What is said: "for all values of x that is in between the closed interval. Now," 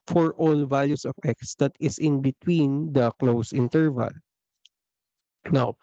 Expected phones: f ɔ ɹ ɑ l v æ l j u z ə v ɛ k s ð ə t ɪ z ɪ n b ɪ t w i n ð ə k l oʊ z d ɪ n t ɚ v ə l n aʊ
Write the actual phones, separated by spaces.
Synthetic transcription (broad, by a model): f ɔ ɹ ɑ l v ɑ l j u s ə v ɛ k s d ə t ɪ s ɪ n b ɪ t w i n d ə k l oʊ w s ɪ n t ɚ v ə l n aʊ